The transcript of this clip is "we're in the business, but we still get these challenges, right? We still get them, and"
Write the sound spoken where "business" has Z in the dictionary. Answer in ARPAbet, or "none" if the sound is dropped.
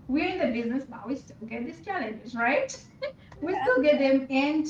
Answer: Z